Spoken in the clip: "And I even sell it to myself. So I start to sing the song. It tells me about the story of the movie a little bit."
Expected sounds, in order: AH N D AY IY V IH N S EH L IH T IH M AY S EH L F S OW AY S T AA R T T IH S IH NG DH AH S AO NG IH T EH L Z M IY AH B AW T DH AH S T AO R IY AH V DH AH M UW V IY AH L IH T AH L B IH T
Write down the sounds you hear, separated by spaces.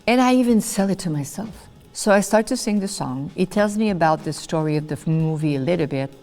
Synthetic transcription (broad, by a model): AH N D AY IY V IH N S EH L IH T IH M AY S EH L F S OW AY S T AA R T T IH S IH NG DH AH S AO NG IH T EH L Z M IY AH B AW T DH AH S T AO R IY AH V DH AH M UW V IY AH L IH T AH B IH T